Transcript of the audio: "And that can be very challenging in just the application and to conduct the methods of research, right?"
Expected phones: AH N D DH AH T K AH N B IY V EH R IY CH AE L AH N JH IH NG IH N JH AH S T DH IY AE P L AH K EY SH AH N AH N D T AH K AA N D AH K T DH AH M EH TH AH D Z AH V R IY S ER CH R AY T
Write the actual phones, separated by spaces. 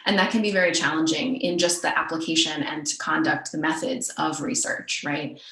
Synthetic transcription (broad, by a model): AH N DH AH T K AH N B IY V EH R IY CH AE L AH N JH IH NG IH N JH AH S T DH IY AE P L AH K EY SH AH N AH N T AH K AA N D AH K T DH AH M EH TH AH D Z AH V R IY S ER CH R AY T